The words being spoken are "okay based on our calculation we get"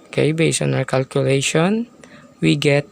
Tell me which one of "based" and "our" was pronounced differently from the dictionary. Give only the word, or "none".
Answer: based